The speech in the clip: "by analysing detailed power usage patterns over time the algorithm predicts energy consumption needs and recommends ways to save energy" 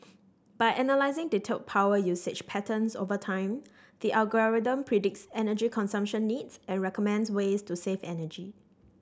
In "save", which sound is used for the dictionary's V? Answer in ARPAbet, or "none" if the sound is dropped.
F